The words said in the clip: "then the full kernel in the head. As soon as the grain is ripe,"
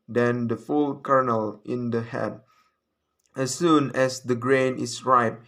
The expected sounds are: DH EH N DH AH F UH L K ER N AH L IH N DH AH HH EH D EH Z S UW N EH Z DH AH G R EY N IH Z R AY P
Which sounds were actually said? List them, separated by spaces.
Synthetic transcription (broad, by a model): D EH N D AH F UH L K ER N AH L IH N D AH HH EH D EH S UW N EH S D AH G R EY N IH S R AY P